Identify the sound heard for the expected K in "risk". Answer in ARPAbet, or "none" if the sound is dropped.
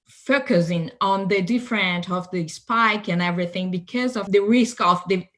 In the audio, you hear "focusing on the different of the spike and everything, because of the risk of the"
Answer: K